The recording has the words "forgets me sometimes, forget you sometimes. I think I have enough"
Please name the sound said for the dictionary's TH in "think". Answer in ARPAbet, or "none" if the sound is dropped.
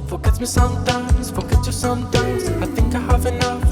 TH